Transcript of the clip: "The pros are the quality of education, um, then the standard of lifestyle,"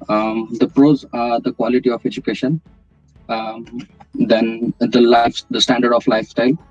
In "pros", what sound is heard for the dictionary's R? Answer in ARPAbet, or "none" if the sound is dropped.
R